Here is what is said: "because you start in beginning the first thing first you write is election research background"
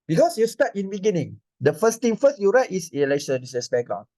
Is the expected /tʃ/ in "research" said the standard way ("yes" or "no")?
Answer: no